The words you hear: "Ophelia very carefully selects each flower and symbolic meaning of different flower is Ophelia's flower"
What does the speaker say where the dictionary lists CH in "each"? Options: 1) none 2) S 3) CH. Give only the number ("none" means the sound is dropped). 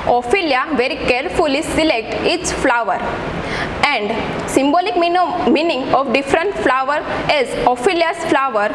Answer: 2